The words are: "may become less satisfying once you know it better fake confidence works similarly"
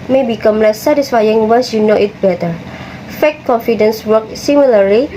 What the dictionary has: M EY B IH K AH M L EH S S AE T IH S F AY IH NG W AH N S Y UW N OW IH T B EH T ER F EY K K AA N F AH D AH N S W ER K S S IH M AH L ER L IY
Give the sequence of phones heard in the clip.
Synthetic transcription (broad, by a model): M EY B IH K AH M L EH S S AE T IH S F AY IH NG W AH S Y UW N OW IH T B EH T ER F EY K K AA N F AH D AH N S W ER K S S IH M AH L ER L IY